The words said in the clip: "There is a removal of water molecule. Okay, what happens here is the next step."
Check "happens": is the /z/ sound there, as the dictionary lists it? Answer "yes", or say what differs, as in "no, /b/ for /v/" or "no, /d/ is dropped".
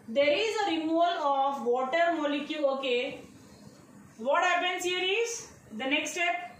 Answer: no, /z/ is dropped